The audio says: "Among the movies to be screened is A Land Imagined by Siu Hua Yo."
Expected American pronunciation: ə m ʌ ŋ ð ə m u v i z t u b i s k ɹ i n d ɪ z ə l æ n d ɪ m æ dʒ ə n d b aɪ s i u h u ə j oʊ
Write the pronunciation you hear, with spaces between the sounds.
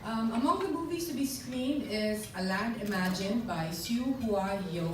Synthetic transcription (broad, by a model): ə m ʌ ŋ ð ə m u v i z t u b i s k ɹ i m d ɪ z ə l æ n d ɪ m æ dʒ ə n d b aɪ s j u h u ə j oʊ